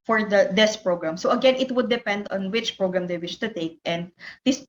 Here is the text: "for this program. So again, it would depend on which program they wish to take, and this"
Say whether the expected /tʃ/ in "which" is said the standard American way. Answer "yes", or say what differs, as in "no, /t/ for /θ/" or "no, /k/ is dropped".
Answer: yes